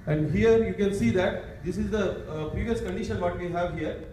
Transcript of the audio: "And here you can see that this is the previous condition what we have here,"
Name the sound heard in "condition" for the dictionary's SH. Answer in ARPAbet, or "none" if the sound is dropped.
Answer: SH